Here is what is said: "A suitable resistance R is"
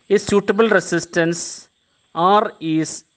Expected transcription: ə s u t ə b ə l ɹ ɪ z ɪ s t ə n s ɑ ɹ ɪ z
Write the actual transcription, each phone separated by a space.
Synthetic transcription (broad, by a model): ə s u t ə b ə l ɹ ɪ s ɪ s t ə n s ɑ ɹ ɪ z